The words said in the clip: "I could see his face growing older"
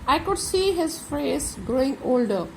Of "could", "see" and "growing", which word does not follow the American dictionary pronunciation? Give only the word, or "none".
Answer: none